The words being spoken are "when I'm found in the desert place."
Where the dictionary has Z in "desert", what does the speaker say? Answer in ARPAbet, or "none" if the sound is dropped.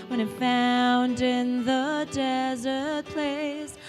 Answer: Z